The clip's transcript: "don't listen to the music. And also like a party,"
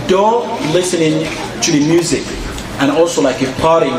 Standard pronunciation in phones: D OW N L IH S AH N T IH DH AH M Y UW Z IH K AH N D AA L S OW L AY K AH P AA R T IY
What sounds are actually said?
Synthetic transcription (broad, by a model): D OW L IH S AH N T IH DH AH M Y UW Z IH K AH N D AA L S OW L AY K AH P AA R T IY